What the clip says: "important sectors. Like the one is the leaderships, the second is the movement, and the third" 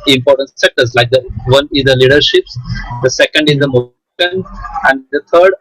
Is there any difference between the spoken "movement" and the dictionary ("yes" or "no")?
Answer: yes